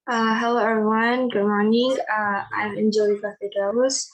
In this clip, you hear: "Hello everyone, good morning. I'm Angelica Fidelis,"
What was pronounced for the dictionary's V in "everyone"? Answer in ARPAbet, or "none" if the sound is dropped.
none